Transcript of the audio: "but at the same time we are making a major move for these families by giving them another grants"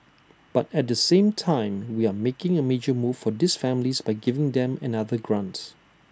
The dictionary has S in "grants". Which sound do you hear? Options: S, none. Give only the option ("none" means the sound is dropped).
none